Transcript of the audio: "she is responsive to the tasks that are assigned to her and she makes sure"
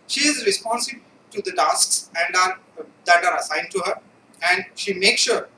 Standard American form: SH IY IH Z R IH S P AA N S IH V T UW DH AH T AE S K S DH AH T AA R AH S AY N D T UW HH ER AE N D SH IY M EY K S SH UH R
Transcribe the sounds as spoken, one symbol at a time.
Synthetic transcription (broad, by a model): SH IY IH Z R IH S P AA N S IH B T UW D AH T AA S K S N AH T AA R AH S AY N D T UW HH ER AE N D SH IY M EY K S SH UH R